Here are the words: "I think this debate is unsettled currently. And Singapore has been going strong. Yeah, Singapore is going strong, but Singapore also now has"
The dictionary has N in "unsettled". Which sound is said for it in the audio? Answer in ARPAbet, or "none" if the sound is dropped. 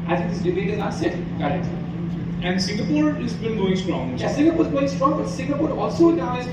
none